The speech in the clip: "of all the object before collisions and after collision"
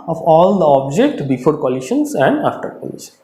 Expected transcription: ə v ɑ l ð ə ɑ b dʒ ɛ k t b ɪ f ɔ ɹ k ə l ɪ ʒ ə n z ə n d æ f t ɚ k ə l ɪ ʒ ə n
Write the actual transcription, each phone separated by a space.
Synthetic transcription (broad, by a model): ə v ɑ l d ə ɑ b dʒ ɛ k t b ɪ f ɔ ɹ k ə l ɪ ʃ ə n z ə n d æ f t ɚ k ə l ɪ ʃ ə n